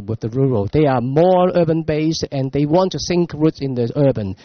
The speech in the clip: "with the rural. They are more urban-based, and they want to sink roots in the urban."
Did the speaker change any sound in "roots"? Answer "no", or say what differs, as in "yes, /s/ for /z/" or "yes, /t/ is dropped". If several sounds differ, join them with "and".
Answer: no